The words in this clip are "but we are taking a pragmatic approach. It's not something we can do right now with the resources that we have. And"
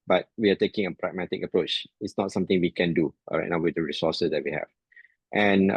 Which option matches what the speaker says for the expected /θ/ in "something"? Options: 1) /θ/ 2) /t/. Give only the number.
2